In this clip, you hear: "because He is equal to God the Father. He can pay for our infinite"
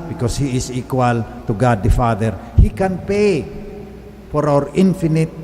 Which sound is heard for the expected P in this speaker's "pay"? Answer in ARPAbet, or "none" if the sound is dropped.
P